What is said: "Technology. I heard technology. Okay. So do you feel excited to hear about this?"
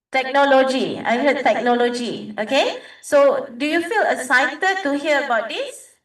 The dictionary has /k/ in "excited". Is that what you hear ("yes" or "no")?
no